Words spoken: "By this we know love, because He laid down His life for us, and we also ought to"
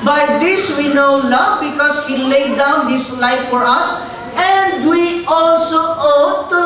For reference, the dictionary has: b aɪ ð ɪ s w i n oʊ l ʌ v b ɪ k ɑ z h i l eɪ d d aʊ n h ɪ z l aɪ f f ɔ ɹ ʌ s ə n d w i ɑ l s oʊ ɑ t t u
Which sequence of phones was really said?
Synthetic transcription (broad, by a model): b aɪ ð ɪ s w i n oʊ l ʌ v b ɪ k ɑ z h i l eɪ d d aʊ n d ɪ s l aɪ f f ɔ ɹ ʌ s ə n d w i ɑ l s oʊ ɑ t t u